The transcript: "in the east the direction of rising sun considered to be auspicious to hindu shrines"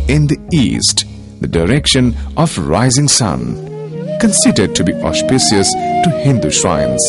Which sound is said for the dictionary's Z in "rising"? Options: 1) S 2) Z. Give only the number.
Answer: 2